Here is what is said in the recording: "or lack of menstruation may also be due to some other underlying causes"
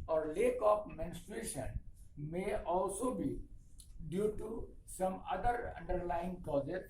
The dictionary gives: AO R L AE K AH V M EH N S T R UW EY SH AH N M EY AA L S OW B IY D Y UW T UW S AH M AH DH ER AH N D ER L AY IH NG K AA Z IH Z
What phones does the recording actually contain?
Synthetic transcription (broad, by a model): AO R L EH K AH P M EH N S T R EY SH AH N M EY AA L S OW B IY D Y UW T UW S AH M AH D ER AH N D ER L AY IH NG K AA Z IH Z